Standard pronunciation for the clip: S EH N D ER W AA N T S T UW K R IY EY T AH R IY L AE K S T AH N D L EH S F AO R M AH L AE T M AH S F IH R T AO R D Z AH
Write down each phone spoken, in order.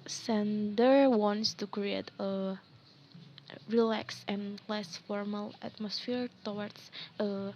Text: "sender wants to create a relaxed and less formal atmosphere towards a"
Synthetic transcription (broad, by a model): S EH N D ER W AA N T S T UW K R IY EY T AH R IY L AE K S AH N L EH S F AO R M AH L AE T M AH S F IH R T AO W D S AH